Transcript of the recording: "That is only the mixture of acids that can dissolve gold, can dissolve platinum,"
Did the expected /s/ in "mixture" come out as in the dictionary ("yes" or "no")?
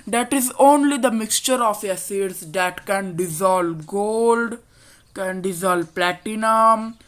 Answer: yes